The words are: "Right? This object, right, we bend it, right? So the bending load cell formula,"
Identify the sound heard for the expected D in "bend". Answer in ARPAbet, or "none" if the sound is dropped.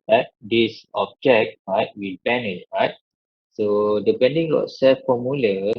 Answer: none